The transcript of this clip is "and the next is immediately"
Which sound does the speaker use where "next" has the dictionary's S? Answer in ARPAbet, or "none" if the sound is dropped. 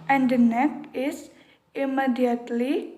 none